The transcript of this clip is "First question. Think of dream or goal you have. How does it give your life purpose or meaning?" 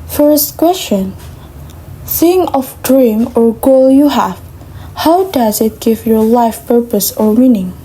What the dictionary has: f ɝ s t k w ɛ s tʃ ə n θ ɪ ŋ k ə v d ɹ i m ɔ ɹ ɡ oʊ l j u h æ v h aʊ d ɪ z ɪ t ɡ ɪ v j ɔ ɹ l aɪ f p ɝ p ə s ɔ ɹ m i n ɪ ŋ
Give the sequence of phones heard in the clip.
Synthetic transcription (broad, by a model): f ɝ s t k w ɛ s tʃ ə n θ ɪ ŋ ə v d ɹ i m ɔ ɹ ɡ oʊ l j u h æ v h aʊ d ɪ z ɪ t ɡ ɪ v j ɔ ɹ l aɪ f p ɝ p ə s ɔ ɹ m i n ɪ ŋ